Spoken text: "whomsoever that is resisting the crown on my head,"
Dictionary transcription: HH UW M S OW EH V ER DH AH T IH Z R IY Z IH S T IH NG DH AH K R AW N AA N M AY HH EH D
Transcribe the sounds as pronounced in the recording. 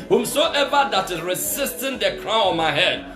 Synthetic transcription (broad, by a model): HH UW M S OW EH V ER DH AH T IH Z R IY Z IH S T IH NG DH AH K R AW N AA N M AY HH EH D